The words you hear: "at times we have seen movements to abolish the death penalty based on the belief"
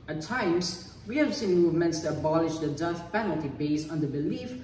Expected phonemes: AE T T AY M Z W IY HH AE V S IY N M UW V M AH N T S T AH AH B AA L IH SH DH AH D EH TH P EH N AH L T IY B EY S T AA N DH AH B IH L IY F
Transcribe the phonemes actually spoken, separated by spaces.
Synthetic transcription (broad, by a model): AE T T AY M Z W IY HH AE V S IY N M UW V M AH N T S T AH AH B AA L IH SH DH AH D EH S P EH N AH L T IY B EY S AA N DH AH B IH L IY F